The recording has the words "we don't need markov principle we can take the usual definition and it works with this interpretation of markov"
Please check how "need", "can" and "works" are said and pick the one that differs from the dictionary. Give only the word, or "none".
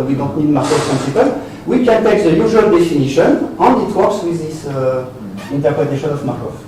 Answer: works